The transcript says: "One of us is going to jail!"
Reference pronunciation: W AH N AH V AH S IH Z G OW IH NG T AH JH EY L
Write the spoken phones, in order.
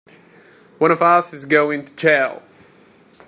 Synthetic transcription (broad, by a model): W AH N AH V AH S IH Z G OW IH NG T AH CH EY L